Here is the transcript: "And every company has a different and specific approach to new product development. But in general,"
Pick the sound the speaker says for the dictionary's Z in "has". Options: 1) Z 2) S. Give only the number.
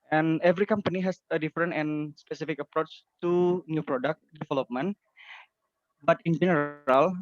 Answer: 2